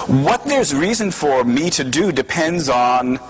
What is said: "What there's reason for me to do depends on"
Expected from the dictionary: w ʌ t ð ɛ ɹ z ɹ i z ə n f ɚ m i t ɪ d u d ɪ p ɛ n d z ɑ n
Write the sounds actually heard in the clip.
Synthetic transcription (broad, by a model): w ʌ t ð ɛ ɹ z ɹ i z ə n f ɚ m i t ɪ d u d ɪ p ɛ n d z n